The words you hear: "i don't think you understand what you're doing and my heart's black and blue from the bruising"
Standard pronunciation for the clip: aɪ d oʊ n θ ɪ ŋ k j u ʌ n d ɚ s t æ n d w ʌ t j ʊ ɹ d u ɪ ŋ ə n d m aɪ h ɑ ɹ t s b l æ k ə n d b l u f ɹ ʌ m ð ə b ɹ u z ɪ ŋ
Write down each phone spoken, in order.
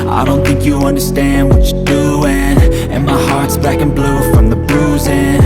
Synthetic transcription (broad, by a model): aɪ d oʊ n θ ɪ ŋ k j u ʌ n d ɚ s t æ n d w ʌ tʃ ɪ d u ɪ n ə n m aɪ h ɑ ɹ t s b æ k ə n b l u f ɹ ʌ m ð ə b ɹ u z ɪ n